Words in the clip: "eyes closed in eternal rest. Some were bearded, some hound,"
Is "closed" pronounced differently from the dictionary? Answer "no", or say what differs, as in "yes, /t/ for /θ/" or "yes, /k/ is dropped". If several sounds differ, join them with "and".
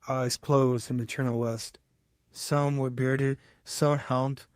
no